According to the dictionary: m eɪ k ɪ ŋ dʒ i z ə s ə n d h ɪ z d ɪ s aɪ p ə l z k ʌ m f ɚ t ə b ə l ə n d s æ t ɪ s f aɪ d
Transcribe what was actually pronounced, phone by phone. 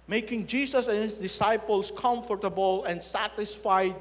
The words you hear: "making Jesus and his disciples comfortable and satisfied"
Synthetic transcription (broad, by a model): m eɪ k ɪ ŋ dʒ i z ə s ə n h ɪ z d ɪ s aɪ p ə l s k ʌ m f ɚ t ə b ə l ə n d s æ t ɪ s f aɪ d